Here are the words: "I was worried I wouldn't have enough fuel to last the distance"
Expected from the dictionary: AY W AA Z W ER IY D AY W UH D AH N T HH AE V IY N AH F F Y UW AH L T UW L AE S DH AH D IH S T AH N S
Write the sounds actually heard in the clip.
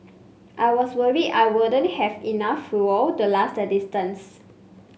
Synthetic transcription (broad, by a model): AY W AA S W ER IY AY W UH D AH N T HH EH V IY N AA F F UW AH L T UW L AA S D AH D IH S T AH N S